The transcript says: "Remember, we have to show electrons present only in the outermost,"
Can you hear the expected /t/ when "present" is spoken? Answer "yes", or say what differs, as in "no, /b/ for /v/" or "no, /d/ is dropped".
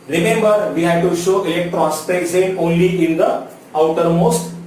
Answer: no, /t/ is dropped